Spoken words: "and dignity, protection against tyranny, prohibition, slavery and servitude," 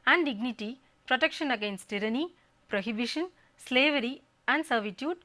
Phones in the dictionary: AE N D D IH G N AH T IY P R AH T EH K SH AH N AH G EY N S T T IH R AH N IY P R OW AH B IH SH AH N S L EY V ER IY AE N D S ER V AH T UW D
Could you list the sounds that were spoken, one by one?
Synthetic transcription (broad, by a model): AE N D D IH G N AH T IY P R AH T EH K SH AH N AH G EY N S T T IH R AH N IY P R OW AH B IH SH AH N S L EY V ER IY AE N D S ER V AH T UW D